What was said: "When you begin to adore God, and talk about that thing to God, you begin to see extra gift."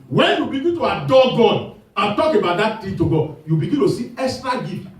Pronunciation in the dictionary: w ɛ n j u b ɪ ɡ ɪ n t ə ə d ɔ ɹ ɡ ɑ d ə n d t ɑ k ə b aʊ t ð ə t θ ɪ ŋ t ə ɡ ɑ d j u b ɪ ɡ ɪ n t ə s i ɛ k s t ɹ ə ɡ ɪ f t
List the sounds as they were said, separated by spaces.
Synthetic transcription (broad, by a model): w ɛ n j u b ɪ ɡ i t ə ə d ɔ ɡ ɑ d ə t ɑ k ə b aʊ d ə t t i t ə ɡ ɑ j u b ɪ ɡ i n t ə s i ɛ s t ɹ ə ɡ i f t